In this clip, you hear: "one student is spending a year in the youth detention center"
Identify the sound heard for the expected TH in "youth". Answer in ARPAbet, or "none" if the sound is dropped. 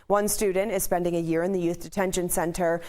TH